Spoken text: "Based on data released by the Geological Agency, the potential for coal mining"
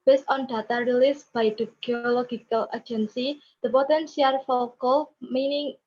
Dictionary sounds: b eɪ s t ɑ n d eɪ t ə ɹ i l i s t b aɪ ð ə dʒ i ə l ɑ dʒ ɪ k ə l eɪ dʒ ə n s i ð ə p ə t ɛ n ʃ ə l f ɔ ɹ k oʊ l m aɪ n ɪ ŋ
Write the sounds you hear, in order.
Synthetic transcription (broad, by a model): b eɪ s t ɑ n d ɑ t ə ɹ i l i s b aɪ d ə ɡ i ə l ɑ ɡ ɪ k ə l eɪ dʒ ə n s i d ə p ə t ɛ n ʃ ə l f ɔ l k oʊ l m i n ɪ ŋ